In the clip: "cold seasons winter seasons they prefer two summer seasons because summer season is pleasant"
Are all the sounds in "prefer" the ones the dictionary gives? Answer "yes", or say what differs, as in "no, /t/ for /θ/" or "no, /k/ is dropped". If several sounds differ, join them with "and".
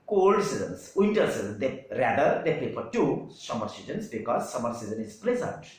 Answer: no, /l/ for /ɹ/